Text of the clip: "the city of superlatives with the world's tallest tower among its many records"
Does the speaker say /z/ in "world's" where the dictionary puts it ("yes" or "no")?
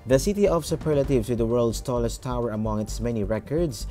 no